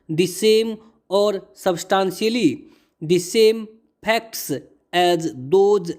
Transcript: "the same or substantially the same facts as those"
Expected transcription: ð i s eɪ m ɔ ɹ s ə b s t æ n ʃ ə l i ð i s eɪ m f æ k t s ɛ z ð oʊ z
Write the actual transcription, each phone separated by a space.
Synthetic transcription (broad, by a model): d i s eɪ m ɔ ɹ s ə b s t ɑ n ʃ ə l i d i s eɪ m p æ k t s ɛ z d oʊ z